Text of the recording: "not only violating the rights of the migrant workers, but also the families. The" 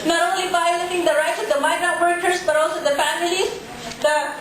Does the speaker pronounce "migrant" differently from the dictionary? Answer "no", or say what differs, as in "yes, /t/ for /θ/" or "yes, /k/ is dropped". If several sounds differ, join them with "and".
yes, /n/ is dropped